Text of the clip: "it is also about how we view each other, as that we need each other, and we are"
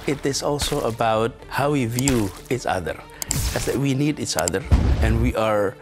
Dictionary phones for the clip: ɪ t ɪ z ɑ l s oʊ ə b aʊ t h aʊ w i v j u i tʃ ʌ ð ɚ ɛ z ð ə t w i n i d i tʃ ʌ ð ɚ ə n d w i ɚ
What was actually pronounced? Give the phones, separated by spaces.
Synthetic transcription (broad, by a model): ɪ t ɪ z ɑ l s oʊ ə b aʊ t h aʊ w i v j u i tʃ ʌ ð ɚ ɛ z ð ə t w i n i d i tʃ ʌ ð ɚ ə n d w i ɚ